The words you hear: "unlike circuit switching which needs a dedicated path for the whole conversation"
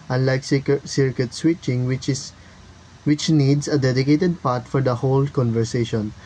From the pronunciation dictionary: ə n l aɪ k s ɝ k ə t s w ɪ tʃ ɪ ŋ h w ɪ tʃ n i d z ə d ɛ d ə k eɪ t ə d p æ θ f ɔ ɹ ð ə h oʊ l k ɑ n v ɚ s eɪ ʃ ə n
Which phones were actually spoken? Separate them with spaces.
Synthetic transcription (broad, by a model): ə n l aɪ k s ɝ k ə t s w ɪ tʃ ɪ ŋ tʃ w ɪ tʃ n i d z ə d ɛ d ə k eɪ t ə d p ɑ t f ɔ ɹ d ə h oʊ l k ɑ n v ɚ s eɪ ʃ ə n